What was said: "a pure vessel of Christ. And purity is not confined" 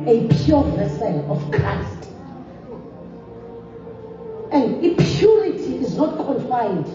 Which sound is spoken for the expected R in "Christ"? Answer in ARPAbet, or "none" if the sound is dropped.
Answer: none